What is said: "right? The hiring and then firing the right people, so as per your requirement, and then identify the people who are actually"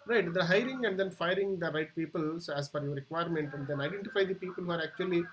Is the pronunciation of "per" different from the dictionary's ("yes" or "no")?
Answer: yes